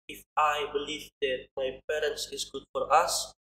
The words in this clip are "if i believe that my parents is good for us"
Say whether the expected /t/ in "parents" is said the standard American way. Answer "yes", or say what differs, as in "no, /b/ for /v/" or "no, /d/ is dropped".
yes